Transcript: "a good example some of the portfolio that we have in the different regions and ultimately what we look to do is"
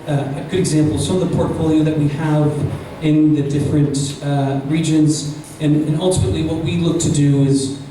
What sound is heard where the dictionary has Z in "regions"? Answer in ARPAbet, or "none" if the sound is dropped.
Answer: Z